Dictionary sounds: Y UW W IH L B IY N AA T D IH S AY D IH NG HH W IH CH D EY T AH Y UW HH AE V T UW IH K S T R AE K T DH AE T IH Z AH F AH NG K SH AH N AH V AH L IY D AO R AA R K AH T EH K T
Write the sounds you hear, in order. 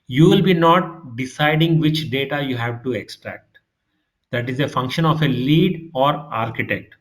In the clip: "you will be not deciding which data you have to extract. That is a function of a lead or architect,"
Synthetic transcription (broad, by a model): Y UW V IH L B IY N AA T D IH S AY D IH NG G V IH CH D EY T AH Y UW HH AE V T UW IH K S T R AE K T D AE T IH Z AH F AH NG K SH AH N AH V AH L IY D AO R AA R K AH T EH K T